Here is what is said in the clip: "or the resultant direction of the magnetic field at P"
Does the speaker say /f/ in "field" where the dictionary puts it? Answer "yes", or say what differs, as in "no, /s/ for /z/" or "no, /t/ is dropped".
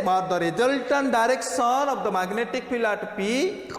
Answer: no, /p/ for /f/